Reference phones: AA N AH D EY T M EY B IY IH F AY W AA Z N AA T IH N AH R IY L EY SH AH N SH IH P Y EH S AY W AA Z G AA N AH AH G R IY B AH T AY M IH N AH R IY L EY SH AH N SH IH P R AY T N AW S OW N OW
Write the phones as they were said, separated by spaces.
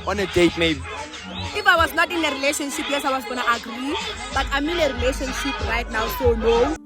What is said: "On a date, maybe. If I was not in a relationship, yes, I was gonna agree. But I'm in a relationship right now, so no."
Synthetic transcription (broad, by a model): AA N AH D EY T M EY B IY IH F AY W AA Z N AA T IH N AH R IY L EY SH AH N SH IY P Y EH S AY W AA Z G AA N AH AH G R IY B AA T AY M IH N AH R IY L EY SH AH N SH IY P R AY T N AW S OW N OW